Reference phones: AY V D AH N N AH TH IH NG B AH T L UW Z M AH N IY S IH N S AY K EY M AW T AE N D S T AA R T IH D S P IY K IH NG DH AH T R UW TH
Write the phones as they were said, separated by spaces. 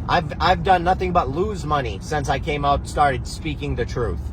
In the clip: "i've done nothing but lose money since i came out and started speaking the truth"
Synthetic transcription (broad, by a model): AY V D AH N N AH TH IH NG B AH T L UW Z M AH N IY S IH N S AY K EY M AW T S T AA R T IH D S P IY K IH NG DH AH T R UW TH